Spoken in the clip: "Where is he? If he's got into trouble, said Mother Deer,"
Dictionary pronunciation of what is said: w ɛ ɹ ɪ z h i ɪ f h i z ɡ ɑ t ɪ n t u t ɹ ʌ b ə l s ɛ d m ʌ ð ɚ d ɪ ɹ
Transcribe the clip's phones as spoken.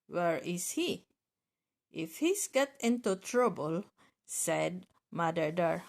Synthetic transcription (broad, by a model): w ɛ ɹ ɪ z h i ɪ f h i s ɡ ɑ t ɪ n t u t ɹ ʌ b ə l s ɛ d m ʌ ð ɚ d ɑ ɹ